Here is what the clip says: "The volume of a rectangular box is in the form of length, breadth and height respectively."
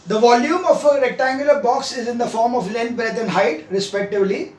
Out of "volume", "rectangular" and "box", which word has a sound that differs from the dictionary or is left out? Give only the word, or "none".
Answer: none